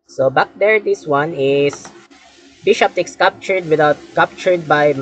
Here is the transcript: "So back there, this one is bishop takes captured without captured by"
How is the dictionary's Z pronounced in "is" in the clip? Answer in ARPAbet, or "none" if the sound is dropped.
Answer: S